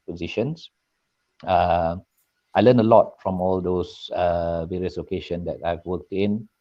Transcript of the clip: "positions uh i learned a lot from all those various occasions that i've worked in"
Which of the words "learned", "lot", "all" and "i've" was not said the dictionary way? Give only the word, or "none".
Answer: learned